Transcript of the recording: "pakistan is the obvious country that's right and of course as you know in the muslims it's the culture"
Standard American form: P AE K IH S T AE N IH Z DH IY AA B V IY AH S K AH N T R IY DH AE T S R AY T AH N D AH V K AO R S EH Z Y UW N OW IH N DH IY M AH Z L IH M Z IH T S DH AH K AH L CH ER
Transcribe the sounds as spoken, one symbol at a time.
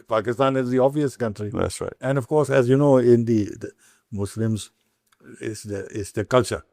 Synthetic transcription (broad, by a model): P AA K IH S T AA N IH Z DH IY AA V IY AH S K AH N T R IY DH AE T S R AY T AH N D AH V K AO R S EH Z Y UW N OW IH N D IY M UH S L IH M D IH T S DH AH K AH L CH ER